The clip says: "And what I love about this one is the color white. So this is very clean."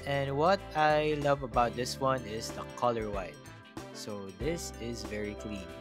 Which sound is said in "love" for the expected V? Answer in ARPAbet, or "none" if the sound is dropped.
V